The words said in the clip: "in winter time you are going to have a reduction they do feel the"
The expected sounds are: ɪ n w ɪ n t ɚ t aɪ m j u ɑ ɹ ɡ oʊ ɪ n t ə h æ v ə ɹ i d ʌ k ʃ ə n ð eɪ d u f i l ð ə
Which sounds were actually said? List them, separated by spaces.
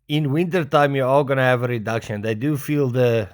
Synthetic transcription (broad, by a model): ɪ n w ɪ n t ɚ t aɪ m j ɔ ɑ l ɡ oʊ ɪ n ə h æ v ə ɹ i d ʌ k ʃ ə n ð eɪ d u f i l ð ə